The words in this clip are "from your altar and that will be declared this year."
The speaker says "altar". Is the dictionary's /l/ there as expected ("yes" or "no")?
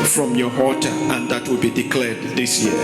no